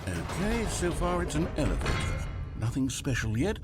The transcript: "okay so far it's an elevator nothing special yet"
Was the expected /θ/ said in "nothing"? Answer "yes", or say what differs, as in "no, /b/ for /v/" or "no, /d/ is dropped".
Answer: yes